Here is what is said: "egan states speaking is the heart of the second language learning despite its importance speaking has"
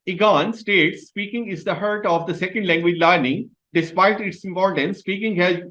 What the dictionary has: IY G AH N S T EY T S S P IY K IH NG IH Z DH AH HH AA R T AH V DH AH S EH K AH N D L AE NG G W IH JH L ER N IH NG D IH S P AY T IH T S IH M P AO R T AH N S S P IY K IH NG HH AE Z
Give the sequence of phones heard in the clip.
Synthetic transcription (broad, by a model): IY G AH N S T EY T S S P IY K IH NG IH Z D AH HH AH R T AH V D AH S EH K AH N D L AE NG G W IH JH L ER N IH NG D IH S P AY T IH T S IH M P AO R T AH N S S P IY K IH NG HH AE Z